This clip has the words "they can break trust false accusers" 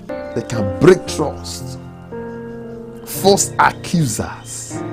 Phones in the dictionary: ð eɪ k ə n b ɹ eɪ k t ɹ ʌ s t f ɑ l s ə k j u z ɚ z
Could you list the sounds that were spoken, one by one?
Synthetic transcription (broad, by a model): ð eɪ k ə n b ɹ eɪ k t ɹ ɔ s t f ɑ s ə k j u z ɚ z